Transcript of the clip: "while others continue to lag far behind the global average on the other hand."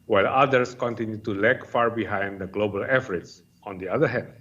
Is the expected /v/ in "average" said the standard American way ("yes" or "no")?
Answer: no